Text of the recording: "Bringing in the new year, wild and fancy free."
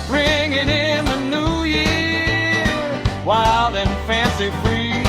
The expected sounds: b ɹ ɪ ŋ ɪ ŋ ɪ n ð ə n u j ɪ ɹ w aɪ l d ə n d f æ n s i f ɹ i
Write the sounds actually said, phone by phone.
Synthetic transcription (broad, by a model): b ɹ ɪ ŋ ɪ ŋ ɪ n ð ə n u j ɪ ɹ w aɪ l d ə n f æ n s i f ɹ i